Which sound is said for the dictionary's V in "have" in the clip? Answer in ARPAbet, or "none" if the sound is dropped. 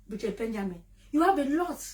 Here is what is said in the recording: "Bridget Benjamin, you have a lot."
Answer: B